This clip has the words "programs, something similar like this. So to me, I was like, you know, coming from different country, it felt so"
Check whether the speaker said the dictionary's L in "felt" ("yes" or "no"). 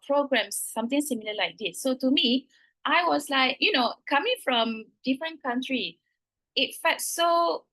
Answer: no